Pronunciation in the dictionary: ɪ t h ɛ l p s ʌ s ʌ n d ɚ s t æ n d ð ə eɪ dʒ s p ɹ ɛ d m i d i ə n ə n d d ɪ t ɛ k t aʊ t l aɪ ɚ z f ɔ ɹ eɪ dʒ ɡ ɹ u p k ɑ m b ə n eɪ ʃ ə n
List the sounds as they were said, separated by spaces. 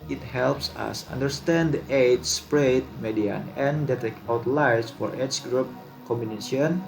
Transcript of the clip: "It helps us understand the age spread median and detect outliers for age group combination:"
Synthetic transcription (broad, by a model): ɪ t h ɛ l p s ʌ s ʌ n d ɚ s t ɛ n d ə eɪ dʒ s p ɹ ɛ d m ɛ d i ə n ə n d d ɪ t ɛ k aʊ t l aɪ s f ɔ ɹ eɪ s ɡ ɹ u p k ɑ m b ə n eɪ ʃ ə n